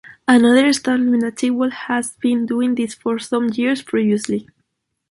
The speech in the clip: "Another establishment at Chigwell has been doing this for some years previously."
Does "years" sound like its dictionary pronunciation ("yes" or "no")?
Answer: no